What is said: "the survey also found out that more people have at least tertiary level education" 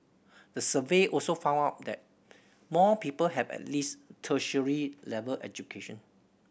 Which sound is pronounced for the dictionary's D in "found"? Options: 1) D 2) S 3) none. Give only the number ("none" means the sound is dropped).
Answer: 3